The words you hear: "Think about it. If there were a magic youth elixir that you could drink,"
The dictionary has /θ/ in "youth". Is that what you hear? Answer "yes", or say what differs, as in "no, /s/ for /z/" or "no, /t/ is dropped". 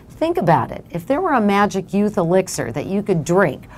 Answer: yes